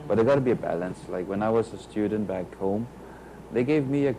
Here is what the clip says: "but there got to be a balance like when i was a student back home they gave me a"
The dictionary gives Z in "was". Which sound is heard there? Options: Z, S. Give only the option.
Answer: Z